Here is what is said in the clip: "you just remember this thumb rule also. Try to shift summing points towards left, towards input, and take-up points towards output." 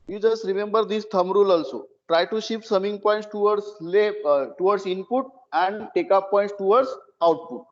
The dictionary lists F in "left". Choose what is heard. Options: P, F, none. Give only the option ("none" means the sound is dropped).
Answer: none